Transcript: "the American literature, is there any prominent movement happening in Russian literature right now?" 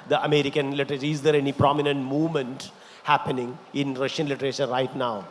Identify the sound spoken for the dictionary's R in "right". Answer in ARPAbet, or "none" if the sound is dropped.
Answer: R